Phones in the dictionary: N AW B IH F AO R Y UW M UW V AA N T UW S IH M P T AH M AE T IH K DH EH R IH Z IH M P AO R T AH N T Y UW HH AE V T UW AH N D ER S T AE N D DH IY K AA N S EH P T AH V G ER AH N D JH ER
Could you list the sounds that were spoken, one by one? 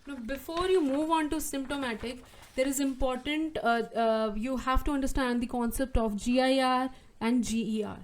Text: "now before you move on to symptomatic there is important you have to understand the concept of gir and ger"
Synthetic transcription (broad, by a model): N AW B IH F AO R Y UW M UW V AA N T UW S IH M P T AH M AE T IH K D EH R IH Z IH M P AO R T AH N T Y UW HH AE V T UW AH N D ER S T AE N D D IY K AA N S EH P T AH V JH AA AH N D JH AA